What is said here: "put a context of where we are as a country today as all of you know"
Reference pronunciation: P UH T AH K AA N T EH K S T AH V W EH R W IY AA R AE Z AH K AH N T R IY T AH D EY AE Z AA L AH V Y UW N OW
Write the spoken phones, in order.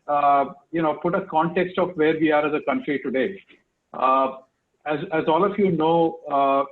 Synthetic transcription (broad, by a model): P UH T AH K AA N T EH K S T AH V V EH R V IY AA R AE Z AH K AH N T R IY T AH D EY AE Z AA L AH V Y UW N OW